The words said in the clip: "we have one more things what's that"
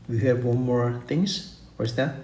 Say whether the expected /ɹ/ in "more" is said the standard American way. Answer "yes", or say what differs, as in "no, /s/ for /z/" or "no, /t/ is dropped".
yes